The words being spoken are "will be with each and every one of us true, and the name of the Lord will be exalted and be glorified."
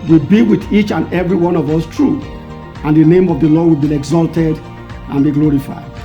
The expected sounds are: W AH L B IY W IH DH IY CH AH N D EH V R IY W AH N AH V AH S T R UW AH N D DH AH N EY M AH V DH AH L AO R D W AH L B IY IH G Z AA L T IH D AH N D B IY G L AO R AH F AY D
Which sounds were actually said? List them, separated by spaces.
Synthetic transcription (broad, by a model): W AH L B IY W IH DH IY CH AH N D EH V R IY W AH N AH V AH S T R UW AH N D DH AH N EY M AH V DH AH L AO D W AH L B IY IH G Z AA L T IH D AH N B IY G L AO R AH F AY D